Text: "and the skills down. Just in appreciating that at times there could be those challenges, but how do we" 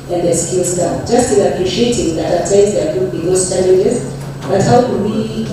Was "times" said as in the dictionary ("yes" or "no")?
no